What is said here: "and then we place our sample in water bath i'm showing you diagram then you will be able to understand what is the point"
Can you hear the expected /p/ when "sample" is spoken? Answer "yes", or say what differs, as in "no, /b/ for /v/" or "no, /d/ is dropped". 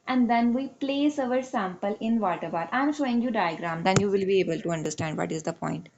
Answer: yes